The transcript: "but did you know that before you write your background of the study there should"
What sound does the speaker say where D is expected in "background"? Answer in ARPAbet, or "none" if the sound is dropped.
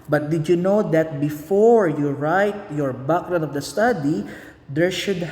none